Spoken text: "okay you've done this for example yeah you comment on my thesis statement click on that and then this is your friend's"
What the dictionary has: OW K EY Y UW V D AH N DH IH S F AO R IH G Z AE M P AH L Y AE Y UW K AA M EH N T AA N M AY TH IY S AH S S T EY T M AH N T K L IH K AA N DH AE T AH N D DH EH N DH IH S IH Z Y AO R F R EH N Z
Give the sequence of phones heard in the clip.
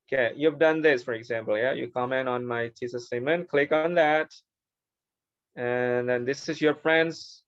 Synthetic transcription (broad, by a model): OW K EY Y UW V D AH N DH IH S F AO R IH G Z AE M P AH L Y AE Y UW K AA M EH N T AA N M AY T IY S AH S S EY M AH N K L IH K AA N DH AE T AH N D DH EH N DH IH S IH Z Y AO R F R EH N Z